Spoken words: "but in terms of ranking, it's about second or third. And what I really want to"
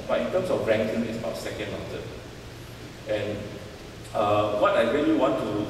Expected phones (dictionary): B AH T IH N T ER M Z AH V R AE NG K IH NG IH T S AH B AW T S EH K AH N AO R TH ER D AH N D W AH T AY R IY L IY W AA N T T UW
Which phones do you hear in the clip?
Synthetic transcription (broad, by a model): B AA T IH N T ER M S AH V R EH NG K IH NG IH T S AH B AW T S EH K AH N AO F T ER AH N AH W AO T AY R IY L IY W AA N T T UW